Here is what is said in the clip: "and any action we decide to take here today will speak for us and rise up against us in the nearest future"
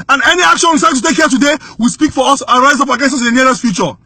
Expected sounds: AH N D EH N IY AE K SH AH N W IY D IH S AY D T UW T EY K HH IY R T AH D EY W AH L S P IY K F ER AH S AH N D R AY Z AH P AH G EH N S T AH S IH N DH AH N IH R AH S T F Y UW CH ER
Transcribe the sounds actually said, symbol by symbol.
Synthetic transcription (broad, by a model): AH N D EH N IY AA K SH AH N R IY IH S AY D T UW T EY K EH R T AH D EY W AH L S P IY K F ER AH S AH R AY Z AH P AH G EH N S AH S IH N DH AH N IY L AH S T F Y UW CH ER